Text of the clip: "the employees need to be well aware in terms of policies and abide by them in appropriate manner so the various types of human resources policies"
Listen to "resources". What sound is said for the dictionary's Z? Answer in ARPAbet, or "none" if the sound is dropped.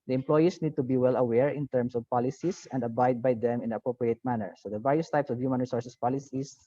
S